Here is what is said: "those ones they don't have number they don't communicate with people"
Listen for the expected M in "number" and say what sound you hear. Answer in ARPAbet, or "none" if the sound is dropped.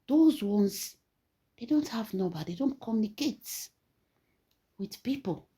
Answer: none